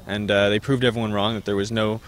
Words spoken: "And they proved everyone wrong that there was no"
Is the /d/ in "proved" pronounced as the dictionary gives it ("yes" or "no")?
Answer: yes